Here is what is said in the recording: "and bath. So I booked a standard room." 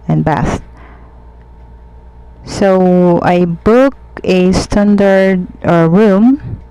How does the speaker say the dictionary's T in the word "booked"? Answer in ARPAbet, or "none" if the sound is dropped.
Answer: none